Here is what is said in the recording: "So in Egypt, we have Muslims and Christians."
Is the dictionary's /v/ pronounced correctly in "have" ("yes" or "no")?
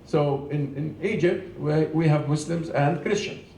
yes